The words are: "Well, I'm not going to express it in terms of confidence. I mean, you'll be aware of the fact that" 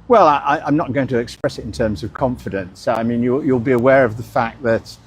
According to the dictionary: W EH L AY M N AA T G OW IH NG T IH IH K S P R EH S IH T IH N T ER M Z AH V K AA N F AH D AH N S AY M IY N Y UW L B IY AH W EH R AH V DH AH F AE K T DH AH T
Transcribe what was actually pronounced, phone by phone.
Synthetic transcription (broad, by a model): W EH L AY M N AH T G OW IH NG T IH IH K S P R EH S IH T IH N T ER M Z AH V K AA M F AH D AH N S AY M IY N Y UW L B IY AH W EH R AH V DH AH F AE K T DH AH T